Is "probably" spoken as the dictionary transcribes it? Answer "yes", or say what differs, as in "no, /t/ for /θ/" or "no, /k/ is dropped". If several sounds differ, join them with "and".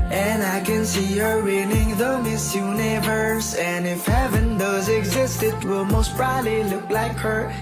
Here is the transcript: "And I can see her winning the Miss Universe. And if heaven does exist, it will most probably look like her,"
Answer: no, /b/ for /p/